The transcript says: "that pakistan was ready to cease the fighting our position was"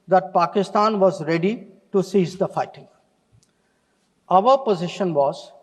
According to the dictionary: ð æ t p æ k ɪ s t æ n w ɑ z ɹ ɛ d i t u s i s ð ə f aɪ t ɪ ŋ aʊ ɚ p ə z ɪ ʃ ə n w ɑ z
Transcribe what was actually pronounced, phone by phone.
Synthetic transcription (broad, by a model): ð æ t p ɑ k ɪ s t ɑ n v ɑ z ɹ ɛ d i t u s i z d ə f aɪ t ɪ ŋ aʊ ɚ p ə z ɪ ʃ ə n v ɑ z